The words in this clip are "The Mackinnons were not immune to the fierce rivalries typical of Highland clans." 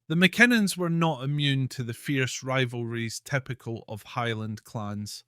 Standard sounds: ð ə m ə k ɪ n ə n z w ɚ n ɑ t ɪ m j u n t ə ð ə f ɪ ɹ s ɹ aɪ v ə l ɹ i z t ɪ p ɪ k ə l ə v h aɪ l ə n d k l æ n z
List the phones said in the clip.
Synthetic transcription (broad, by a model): ð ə m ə k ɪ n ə n z w ɚ n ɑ t ɪ m j u n t ə ð ə f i ɹ s ɹ aɪ v ə l ɹ i z t ɪ p ɪ k ə l ə v h aɪ l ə n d k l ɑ n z